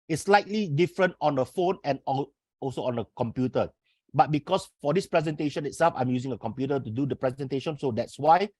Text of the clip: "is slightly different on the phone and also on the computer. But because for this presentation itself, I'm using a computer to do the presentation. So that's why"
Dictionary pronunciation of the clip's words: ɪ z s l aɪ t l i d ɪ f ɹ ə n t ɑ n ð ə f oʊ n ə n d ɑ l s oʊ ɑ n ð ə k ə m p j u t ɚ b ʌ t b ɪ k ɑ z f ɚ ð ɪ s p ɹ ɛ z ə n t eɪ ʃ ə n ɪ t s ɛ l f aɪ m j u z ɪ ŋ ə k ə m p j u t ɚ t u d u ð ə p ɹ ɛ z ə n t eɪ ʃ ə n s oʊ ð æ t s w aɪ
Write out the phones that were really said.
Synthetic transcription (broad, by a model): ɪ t s l aɪ t l i d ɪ f ɹ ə n t ɑ n ə f oʊ n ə n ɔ ɑ l s oʊ ɑ n ə k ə m p j u t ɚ b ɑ t b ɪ k ɑ s f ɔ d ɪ s p ɹ ɛ z ə n t eɪ ʃ ə n ɪ t s ɛ l f aɪ m j u z ɪ ŋ ə k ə m p j u t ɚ t u d u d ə p ɹ ɛ z ə n t eɪ ʃ ə n s oʊ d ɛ t s w aɪ